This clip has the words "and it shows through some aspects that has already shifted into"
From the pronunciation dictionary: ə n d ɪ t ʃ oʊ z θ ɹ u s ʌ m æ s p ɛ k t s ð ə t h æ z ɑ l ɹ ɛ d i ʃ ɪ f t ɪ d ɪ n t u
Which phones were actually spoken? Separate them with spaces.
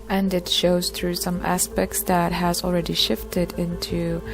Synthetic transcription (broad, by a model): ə n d ɪ t ʃ oʊ z θ ɹ u s ʌ m æ s p ɛ k t s ð ə t h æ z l ɹ ɛ d i ʃ ɪ f t ɪ d ɪ n t u